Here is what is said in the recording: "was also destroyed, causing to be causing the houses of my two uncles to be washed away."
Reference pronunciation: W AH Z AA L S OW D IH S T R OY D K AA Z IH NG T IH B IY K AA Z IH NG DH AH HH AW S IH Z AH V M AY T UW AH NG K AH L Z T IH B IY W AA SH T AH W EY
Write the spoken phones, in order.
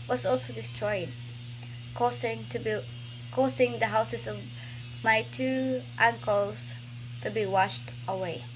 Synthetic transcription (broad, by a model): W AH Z AA L S OW D IH S T R OY D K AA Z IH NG T IH B IY K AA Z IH NG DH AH HH AW S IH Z AH V M AY T UW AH NG K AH L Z T IH B IY W AA SH T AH W EY